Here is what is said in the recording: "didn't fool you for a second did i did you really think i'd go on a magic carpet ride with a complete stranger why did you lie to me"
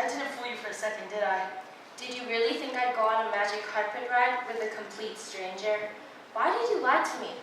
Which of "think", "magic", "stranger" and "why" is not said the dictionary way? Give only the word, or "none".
none